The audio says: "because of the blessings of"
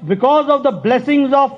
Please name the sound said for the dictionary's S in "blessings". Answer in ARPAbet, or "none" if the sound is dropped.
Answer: S